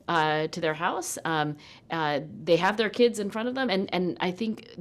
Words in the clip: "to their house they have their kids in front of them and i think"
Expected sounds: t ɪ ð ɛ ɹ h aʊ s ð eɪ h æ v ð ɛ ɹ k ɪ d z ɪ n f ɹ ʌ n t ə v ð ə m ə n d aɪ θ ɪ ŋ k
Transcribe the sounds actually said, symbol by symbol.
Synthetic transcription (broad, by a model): t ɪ ð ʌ ɹ h aʊ s ð eɪ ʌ v ð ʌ ɹ k ɪ d z ɪ n f ɹ ʌ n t ə v ð ə m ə n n aɪ θ ɪ ŋ k